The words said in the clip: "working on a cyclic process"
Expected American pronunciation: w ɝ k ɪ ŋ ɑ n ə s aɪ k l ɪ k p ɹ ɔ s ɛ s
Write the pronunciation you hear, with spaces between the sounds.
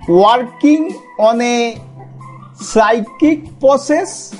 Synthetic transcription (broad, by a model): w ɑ k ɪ ŋ ɑ n ə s aɪ k ɪ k p ɹ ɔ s ɛ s